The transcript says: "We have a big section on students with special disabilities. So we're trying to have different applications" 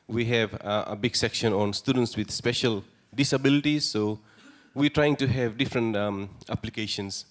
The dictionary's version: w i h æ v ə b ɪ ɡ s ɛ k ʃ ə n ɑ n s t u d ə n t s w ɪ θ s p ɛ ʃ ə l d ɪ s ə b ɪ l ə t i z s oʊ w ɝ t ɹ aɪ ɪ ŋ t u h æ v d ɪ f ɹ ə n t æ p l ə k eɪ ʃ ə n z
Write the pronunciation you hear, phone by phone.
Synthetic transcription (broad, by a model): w i h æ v ə b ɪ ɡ s ɛ k ʃ ə n ɑ n s t u d ə n t s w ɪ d s p ɛ ʃ ə l d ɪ s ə b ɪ l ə t i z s oʊ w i t ɹ aɪ ɪ ŋ t u h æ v d ɪ f ɹ ə n t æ p l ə k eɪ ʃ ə n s